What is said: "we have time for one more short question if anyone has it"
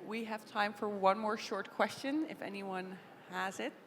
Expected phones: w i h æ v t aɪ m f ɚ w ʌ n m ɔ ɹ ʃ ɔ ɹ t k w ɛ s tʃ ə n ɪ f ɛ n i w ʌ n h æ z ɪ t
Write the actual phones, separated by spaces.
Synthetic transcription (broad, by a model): w i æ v t aɪ m f ɚ w ʌ n m ɔ ɹ ʃ ɔ ɹ t k w ɛ s tʃ ə n ɪ f ɛ n i w ʌ n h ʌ z ɪ t